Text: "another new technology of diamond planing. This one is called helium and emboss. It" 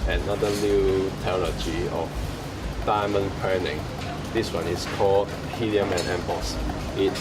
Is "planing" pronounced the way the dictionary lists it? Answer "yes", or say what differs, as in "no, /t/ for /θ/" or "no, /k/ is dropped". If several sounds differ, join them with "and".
no, /l/ is dropped